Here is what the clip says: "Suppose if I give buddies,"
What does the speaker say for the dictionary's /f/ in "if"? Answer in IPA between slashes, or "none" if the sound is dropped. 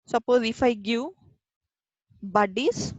/f/